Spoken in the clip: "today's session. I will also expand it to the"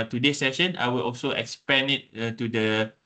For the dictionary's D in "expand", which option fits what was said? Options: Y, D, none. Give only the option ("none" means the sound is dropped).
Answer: none